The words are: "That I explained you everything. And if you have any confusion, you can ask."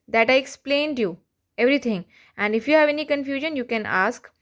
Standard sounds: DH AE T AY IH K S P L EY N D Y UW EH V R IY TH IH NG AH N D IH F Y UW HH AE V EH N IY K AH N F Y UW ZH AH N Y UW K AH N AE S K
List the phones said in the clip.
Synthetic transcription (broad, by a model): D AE T AY IH K S P L EY N D Y UW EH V R IY T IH NG AH N D IH F Y UW HH AE V EH N IY K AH N F Y UW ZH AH N Y UW K AH N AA S K